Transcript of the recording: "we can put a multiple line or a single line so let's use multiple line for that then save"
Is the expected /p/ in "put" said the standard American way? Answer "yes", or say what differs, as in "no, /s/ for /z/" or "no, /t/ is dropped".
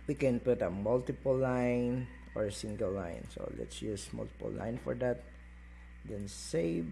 yes